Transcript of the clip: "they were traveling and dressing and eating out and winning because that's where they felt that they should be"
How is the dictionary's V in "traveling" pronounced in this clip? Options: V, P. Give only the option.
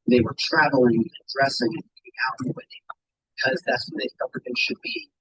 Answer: V